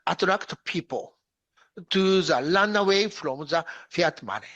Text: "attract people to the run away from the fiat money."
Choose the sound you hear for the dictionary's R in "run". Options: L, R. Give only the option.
L